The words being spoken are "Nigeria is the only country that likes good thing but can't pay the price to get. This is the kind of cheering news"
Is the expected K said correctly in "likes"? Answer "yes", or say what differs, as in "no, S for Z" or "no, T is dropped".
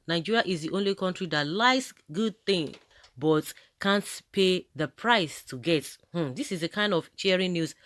no, K is dropped